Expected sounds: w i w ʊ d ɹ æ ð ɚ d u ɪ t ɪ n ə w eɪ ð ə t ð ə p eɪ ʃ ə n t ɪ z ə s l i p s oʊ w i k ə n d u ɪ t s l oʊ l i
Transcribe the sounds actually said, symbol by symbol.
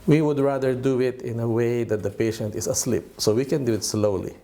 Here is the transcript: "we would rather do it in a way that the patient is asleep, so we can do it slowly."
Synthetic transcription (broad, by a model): w i w ʊ d ɹ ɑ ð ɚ d u ɪ t ɪ n ə w eɪ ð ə t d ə p eɪ ʃ ə n t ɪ s ə s l i p s oʊ w i k ə n d u ɪ t s l oʊ l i